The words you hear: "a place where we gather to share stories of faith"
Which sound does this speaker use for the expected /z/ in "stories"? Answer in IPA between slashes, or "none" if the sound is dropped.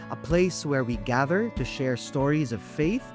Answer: /z/